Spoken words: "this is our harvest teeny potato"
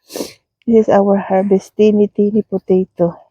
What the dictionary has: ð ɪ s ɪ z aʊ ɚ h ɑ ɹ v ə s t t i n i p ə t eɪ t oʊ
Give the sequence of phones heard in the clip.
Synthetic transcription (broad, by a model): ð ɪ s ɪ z aʊ ɚ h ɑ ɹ b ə s t t i n i p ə t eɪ t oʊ